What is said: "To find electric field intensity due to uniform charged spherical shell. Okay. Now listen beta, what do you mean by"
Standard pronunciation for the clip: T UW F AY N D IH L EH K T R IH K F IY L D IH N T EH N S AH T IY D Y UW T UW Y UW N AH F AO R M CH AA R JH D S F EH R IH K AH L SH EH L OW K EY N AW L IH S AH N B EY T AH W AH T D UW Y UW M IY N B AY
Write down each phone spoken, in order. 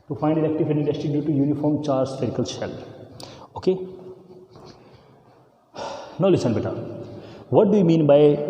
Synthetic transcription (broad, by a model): T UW F AY N D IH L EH K T IH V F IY N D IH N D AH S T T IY D Y UW T UW Y UW N AH F AO R M CH AA R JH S EH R K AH L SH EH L OW K EY N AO L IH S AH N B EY T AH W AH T D UW Y UW M IY N B AY